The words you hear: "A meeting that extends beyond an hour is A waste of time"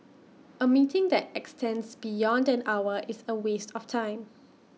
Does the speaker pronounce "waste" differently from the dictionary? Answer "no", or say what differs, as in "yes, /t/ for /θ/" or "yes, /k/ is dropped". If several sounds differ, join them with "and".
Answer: no